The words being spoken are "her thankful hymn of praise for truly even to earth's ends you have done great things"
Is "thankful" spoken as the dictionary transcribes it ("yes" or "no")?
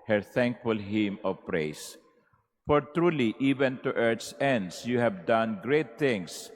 yes